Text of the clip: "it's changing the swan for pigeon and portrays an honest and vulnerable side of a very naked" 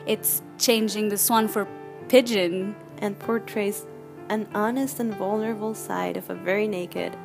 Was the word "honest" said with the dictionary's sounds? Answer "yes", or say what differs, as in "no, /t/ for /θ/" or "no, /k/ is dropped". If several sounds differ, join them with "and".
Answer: yes